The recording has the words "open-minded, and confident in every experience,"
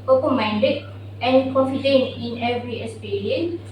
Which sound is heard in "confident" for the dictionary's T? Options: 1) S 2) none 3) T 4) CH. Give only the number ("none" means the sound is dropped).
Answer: 2